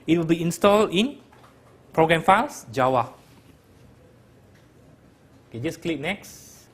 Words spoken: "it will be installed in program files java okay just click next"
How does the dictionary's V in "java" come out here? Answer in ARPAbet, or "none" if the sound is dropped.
W